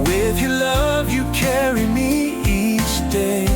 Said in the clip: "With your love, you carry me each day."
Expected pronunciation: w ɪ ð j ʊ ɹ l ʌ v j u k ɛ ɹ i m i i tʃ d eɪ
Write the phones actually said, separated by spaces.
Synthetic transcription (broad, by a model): w ɪ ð j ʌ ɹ l ʌ v j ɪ k ɛ ɹ i m i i s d eɪ